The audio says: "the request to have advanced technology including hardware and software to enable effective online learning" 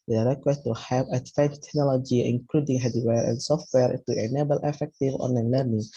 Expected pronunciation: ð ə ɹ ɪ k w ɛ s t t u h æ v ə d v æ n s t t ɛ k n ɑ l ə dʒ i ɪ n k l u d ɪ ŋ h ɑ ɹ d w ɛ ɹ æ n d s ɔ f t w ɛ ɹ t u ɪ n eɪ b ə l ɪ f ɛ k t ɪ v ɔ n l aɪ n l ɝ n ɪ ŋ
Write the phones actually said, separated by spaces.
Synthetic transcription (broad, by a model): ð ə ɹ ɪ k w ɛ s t t u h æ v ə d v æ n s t t ɛ k n ɑ l ə dʒ i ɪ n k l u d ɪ ŋ h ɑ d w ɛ ɹ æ n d s ɔ f t w ɛ ɹ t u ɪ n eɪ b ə l ɪ f ɛ k t ɪ v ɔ n aɪ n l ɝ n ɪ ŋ